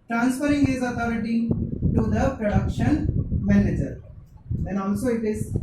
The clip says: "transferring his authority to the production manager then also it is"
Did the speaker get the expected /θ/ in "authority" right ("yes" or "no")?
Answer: no